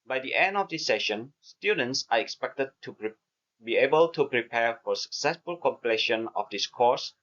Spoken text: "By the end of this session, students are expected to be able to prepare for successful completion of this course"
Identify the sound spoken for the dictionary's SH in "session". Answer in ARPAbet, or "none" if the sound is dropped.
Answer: SH